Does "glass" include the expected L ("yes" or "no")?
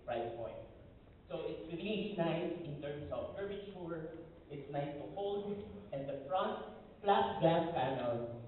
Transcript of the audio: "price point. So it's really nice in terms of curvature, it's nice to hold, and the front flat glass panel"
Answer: no